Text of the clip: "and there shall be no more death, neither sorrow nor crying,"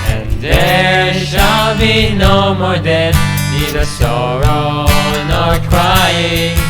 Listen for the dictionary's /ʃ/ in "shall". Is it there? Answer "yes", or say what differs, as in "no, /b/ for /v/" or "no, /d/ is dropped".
yes